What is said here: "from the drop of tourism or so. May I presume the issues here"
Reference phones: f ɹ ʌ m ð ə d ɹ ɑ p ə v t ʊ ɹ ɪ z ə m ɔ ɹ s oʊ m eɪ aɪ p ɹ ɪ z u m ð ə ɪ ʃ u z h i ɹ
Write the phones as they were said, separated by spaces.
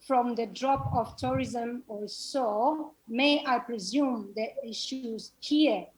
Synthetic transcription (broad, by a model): f ɹ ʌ m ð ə d ɹ ɑ p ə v t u ɹ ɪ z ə m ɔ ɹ s oʊ m eɪ aɪ p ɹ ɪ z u m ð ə ɪ ʃ u z h i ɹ